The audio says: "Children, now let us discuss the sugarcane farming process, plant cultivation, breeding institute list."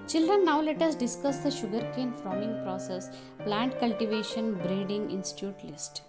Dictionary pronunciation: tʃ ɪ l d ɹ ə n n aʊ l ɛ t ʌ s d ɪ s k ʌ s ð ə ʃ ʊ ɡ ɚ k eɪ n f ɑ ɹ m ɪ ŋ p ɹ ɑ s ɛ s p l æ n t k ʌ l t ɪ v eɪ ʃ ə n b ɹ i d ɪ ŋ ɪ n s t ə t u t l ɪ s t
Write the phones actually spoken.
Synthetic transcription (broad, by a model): tʃ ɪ l d ɹ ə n n aʊ l ɛ t ʌ s d ɪ s k ʌ s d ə ʃ ʊ ɡ ɚ k eɪ n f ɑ m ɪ ŋ p ɹ ɑ s ɛ s p l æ n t k ʌ l t ɪ v eɪ ʃ ə n b ɹ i d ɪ ŋ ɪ n s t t u t l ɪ s t